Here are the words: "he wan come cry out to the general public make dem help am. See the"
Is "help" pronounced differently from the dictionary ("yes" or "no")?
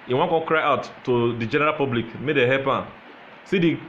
yes